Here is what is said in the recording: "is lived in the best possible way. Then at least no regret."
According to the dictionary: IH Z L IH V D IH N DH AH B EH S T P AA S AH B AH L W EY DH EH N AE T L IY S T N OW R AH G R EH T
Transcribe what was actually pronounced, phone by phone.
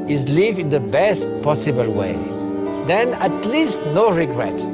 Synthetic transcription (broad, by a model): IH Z L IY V IH N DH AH B EH S T P AA S AH B AH L W EY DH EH N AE T L IY S T N OW R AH G R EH T